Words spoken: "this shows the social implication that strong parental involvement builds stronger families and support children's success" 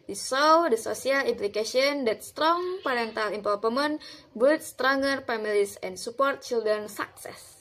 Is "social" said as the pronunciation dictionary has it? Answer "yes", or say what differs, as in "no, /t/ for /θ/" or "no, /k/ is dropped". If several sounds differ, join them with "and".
no, /s/ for /ʃ/